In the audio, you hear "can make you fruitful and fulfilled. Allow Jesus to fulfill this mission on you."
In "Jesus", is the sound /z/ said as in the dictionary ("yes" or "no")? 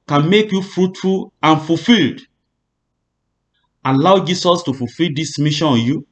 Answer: no